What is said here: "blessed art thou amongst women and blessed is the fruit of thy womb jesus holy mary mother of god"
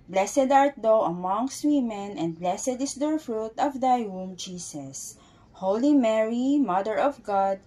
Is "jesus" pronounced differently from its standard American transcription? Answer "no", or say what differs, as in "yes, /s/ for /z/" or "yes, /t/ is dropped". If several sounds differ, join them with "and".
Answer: yes, /s/ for /z/